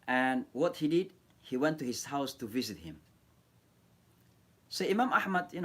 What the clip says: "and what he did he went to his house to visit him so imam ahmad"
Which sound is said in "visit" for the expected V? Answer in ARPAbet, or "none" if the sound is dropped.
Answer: V